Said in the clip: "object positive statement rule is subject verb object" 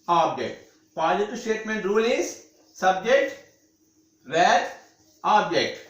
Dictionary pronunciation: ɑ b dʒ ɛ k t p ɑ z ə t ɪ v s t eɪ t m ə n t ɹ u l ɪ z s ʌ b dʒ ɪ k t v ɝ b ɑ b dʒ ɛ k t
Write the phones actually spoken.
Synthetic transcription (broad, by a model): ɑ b dʒ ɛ k t p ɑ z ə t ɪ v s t eɪ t m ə n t ɹ u l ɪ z s ʌ b dʒ ɪ k t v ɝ ɑ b dʒ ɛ k t